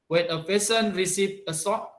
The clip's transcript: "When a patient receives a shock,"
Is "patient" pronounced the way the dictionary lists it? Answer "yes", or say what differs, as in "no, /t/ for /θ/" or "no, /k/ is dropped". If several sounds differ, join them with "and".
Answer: no, /s/ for /ʃ/